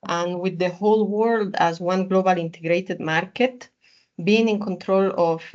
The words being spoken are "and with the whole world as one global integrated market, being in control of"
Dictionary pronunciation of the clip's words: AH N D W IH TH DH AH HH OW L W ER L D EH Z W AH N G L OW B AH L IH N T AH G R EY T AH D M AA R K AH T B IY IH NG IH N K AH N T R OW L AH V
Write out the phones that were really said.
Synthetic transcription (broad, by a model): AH N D W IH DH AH HH OW L W ER L D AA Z W AH N G L OW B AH L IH N T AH G R EY T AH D M AA R K AH T B IY IH NG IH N K AH N T R OW L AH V